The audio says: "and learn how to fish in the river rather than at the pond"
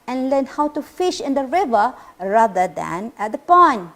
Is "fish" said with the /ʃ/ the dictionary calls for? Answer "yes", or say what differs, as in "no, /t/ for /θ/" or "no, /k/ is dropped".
yes